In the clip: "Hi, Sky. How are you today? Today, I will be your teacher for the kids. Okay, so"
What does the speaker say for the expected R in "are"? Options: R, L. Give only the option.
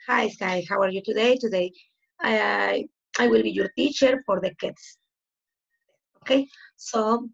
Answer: R